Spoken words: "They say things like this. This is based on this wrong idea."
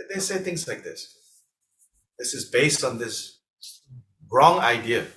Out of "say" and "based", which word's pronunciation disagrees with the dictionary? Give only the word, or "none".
none